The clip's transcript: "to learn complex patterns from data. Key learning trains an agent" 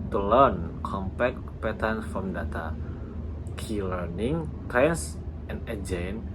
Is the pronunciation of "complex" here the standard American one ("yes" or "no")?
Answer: no